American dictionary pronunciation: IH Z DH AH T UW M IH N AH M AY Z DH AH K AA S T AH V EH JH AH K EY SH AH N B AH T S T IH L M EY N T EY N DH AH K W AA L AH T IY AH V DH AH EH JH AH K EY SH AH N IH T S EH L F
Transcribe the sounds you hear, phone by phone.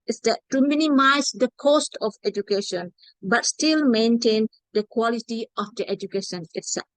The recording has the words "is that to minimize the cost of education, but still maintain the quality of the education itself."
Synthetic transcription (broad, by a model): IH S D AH T UW M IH N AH M AY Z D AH K AA S T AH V EH JH AH K EY SH AH N B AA T S T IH L M EY N T EY N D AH K W AA L AH T IY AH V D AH EH JH AH K EY SH AH N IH T S EH L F